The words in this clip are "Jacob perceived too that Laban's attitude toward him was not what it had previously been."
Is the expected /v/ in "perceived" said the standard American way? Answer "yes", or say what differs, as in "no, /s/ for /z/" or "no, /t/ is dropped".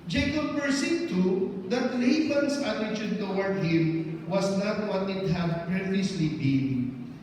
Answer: no, /v/ is dropped